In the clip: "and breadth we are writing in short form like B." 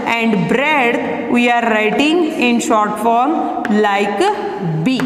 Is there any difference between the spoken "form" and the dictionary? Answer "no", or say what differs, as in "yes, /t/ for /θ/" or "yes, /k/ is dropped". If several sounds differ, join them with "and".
no